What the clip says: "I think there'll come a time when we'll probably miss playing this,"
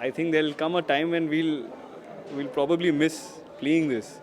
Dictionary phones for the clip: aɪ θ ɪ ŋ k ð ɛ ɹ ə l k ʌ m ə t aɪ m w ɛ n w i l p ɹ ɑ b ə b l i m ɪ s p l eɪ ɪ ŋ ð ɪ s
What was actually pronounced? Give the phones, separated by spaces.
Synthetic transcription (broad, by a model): aɪ t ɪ ŋ k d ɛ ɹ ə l k ʌ m ə t aɪ m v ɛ n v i l p ɹ ɑ b ə b l i m ɪ s p l eɪ ɪ ŋ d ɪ s